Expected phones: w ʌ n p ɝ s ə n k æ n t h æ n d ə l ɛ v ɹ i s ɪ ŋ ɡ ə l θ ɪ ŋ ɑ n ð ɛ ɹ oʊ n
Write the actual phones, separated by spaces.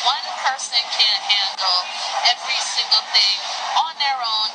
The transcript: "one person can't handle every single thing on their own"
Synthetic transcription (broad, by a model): w ʌ n p ɝ s ə n k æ n h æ n d l ɛ v ɹ i s ɪ ŋ ɡ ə l θ ɪ ŋ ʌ n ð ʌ ɹ oʊ n